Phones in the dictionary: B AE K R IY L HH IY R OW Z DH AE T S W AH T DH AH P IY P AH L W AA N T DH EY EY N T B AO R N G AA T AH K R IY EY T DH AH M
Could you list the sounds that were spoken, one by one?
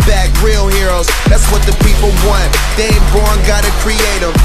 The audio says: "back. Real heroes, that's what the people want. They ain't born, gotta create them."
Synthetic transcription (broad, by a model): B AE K R IY L HH IY R OW Z DH AE T S W AH T DH AH P IY P L W AA N T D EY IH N B AO R N G AA T AH K R IY EY T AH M